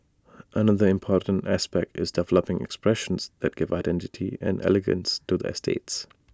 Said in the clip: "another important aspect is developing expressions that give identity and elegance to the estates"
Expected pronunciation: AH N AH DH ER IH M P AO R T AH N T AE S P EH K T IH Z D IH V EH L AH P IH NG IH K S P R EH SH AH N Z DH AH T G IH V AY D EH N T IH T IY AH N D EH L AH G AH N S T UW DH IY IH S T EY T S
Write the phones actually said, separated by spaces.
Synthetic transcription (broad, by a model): AH N AH DH ER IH M P AO R T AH N T AE S P EH K T IH Z D IH V EH L AH P IH NG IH K S P R EH SH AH N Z DH AH T G IH V AY D EH N T IH T IY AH N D EH L AH G AH N S T UW DH IY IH S T EY T S